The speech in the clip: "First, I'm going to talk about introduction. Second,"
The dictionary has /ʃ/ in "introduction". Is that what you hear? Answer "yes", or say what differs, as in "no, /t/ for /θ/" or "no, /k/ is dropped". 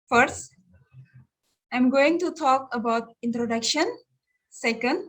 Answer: yes